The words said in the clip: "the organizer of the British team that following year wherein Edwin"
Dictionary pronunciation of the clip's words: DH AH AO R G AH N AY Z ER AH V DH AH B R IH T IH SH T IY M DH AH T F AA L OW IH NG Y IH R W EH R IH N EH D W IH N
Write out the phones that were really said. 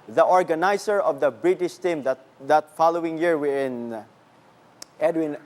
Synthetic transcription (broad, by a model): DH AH AO R G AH N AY S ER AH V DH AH B R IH T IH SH T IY M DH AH T F AA L OW IH NG Y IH R W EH IH N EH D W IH N